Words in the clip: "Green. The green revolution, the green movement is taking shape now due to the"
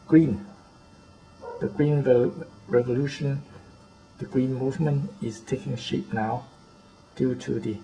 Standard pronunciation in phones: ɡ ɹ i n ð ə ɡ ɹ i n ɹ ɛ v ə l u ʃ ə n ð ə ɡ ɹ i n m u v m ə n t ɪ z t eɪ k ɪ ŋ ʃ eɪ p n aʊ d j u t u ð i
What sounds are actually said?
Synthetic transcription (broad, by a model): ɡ ɹ i n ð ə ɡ ɹ i n ɹ ɛ v ə l u ʃ ə n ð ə ɡ ɹ i n m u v m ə n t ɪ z t eɪ k ɪ ŋ ʃ eɪ p n aʊ d j u t u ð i